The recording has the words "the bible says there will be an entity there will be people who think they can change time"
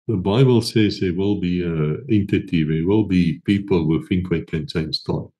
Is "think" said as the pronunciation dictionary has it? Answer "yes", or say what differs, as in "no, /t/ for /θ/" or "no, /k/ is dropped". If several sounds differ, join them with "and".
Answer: no, /f/ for /θ/